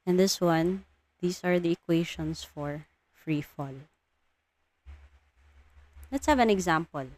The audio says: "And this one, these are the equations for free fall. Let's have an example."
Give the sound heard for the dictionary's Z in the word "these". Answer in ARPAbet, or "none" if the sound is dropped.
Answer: S